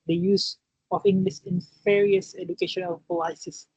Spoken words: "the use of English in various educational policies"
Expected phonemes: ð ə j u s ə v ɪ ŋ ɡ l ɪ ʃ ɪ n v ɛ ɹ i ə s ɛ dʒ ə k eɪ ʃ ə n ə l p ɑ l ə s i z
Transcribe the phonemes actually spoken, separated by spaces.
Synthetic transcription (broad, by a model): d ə j u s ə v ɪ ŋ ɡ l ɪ s ɪ n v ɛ ɹ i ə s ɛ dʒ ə k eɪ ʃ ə n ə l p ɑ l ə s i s